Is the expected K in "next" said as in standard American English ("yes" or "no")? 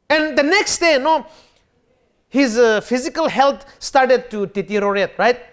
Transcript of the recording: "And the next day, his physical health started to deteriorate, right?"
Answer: yes